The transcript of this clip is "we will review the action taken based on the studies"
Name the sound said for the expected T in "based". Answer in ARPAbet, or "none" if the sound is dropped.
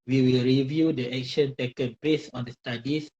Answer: none